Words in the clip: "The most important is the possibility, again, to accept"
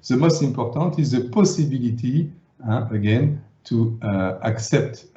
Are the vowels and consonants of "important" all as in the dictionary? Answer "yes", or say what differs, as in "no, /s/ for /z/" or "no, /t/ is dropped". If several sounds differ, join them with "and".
no, /m/ is dropped and /n/ is dropped